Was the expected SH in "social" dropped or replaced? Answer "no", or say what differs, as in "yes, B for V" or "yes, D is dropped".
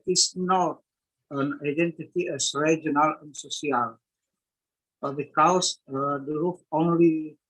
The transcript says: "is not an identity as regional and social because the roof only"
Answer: yes, SH is dropped